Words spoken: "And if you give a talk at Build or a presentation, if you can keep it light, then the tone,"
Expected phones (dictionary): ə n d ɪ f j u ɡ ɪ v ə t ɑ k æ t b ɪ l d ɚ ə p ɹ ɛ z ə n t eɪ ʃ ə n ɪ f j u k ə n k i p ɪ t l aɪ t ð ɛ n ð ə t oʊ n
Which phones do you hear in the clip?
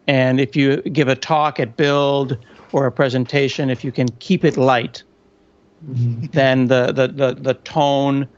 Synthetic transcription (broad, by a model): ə n ɪ f j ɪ ɡ ɪ v ə t ɑ k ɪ t b ɪ l d ɚ ə p ɹ ɛ z ə n t eɪ ʃ ə n ɪ f j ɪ k ə n k i p ɪ t l aɪ t ð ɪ n ð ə t oʊ n